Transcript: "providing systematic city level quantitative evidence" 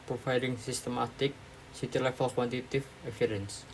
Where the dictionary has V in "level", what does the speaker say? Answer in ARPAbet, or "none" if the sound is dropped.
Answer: F